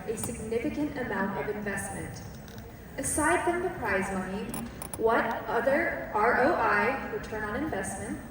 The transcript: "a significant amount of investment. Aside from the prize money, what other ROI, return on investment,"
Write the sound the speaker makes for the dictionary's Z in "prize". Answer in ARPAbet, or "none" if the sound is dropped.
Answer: Z